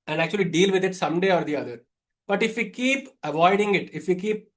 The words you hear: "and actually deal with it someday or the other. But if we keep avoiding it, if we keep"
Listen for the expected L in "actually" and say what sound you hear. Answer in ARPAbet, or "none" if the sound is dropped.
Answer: L